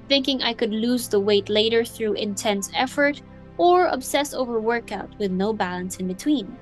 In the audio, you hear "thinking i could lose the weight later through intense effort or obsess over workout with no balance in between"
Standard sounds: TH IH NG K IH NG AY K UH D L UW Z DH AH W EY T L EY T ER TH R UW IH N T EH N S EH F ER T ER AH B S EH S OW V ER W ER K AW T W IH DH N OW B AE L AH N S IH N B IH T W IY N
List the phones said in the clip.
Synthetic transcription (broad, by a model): TH IH NG K IH NG AY K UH D L UW Z DH AH W EY T L EY T ER TH R UW IH N T EH N S EH F ER T ER AH B S EH S OW V ER W ER K AW T W IH DH N OW B AE L AH N S IH N B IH T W IY N